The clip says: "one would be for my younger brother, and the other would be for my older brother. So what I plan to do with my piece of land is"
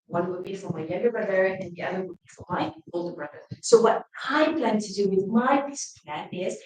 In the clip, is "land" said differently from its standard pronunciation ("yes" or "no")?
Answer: yes